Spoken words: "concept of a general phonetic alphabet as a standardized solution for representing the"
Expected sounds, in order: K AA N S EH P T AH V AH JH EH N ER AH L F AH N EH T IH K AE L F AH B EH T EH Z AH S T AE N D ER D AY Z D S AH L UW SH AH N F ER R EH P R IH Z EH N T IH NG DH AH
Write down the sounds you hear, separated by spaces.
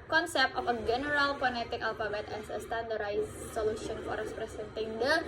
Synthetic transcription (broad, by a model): K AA N S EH P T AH F AH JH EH N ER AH L P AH N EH T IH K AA L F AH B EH T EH S AH S T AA N D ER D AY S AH L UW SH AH N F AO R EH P R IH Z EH N T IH NG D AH